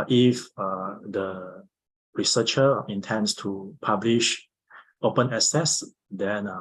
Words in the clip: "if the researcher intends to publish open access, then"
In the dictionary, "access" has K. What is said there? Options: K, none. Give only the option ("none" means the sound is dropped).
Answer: none